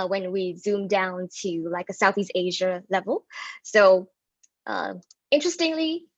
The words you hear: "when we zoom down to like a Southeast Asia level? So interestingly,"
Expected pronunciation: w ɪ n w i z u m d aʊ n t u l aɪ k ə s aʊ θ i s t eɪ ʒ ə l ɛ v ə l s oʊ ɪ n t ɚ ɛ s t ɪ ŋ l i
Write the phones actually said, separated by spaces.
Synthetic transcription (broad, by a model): w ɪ n w i z u m d aʊ n t u l aɪ k ə s aʊ θ i s t eɪ ʒ ə l ɛ v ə l s oʊ ɪ n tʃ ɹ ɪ s t ɪ ŋ l i